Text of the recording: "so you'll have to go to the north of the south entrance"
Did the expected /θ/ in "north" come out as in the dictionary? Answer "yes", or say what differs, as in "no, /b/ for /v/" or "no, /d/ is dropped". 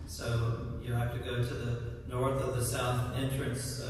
yes